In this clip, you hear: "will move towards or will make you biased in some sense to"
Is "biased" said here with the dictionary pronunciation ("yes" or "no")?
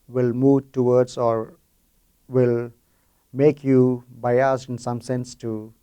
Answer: no